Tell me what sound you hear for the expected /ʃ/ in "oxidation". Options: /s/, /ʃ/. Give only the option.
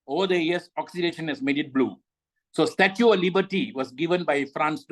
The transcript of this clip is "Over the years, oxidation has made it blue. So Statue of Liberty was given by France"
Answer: /ʃ/